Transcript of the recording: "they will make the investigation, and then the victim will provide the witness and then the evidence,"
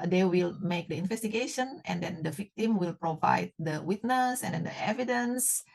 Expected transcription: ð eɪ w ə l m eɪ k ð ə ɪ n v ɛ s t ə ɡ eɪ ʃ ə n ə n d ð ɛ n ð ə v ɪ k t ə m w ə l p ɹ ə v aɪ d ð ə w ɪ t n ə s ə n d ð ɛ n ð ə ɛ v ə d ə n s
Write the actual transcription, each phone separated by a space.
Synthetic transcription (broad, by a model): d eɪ w ə l m eɪ k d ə ɪ n v ɛ s t ə ɡ eɪ ʃ ə n ə n d ɛ n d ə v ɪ k t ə m w ə l p ɹ ə v aɪ d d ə w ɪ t n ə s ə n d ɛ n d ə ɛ v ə d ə n s